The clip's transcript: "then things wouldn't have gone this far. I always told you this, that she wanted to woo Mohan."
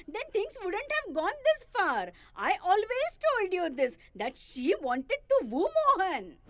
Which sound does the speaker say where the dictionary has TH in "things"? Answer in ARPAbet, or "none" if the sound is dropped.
T